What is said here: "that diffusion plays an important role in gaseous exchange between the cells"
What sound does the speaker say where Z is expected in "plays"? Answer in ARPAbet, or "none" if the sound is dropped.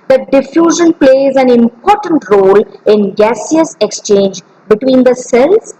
Z